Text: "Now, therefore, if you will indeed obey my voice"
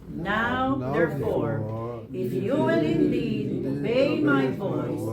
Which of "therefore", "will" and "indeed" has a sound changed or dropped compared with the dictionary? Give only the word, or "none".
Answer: will